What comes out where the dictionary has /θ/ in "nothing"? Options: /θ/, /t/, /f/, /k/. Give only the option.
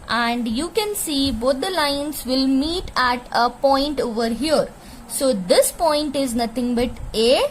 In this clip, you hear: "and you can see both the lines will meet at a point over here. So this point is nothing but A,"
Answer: /t/